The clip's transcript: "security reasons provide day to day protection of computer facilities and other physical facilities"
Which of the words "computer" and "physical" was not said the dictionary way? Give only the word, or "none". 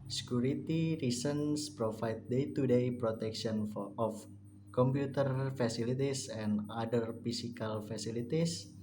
physical